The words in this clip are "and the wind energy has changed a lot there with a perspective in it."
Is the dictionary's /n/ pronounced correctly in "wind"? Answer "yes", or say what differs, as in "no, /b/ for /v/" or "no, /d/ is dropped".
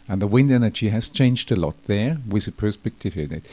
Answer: yes